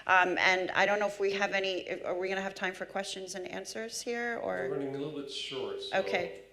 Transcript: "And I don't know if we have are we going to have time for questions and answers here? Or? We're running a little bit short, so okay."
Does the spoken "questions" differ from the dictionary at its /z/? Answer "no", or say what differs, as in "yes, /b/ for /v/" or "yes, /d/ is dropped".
no